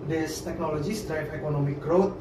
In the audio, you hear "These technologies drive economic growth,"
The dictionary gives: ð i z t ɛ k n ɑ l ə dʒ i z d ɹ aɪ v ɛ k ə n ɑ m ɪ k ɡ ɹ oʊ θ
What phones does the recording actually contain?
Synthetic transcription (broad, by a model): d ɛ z t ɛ k n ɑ l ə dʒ i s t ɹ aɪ p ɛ k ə n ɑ m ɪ k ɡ ɹ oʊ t